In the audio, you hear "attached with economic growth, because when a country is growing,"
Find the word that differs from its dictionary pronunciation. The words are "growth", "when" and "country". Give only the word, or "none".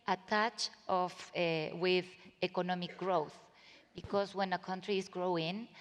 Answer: none